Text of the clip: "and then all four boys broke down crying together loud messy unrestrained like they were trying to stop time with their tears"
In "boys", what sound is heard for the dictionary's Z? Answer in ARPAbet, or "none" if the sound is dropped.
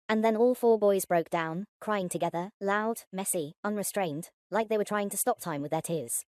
Z